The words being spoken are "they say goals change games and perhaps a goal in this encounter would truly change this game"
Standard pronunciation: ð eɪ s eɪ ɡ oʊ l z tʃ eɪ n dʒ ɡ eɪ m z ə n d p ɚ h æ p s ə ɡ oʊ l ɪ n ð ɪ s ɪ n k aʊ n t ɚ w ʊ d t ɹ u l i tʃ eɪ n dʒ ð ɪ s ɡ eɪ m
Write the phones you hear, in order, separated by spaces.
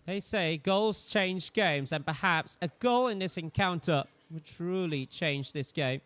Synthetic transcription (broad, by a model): ð eɪ s eɪ ɡ oʊ l z tʃ eɪ n dʒ ɡ eɪ m z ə n p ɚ h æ p s ə ɡ oʊ l ɪ n ð ɪ s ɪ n k aʊ n t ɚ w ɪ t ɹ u l i tʃ eɪ n dʒ ð ɪ s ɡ eɪ m